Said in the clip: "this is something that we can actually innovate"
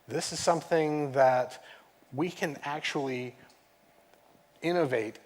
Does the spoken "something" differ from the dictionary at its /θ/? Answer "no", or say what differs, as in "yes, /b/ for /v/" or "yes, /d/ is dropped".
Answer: no